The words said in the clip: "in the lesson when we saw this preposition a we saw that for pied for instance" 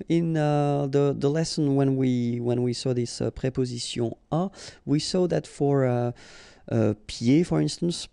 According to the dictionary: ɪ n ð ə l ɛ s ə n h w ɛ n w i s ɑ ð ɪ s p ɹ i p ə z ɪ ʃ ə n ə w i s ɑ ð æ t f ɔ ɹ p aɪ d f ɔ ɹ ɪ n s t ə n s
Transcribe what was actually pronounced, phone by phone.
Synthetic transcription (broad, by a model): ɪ n ð ə l ɛ s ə n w w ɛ n w i s ɑ ð ɪ s p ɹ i p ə z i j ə ə w i s ɑ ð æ t f ɔ ɹ p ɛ f ɔ ɹ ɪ n s t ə n s